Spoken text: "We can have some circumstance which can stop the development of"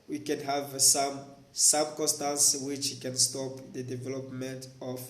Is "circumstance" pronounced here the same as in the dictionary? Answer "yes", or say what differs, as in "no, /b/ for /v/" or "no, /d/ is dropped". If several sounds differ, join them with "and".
no, /m/ is dropped